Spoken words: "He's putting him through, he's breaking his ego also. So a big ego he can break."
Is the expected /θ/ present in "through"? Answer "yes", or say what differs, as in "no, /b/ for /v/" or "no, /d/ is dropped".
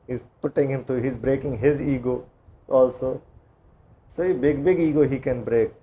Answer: no, /t/ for /θ/